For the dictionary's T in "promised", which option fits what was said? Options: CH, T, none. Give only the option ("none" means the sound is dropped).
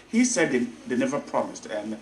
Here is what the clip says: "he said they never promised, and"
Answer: T